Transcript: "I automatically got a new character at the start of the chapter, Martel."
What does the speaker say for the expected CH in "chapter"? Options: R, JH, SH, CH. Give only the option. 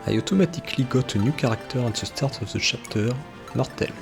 SH